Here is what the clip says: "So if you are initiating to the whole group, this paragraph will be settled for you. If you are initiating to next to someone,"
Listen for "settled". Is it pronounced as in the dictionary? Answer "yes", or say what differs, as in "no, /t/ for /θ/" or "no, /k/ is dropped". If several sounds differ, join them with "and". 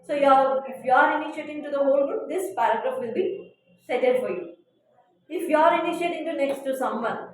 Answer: no, /l/ is dropped